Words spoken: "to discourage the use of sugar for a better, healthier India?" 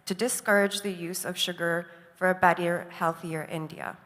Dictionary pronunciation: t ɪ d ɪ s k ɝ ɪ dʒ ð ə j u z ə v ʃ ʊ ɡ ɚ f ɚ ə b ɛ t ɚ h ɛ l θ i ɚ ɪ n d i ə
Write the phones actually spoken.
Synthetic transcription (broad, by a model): t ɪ d ɪ s k ɝ ɪ dʒ ð ə j u z ə v ʃ ʊ ɡ ɚ f ɚ ə b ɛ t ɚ h ɛ l θ i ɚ ɪ n d i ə